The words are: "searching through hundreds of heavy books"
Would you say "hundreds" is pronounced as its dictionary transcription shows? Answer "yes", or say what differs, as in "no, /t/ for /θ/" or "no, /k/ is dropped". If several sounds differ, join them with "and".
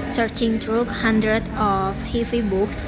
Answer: no, /z/ is dropped